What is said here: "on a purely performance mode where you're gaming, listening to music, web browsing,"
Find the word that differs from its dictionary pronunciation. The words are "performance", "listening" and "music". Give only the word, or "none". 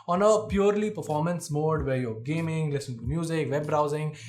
listening